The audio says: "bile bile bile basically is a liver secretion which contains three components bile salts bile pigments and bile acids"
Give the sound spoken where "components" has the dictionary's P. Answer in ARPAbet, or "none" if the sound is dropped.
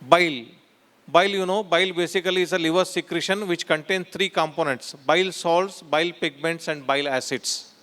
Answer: P